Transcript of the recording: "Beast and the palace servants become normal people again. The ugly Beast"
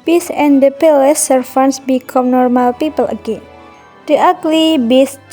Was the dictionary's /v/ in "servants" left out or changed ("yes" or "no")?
yes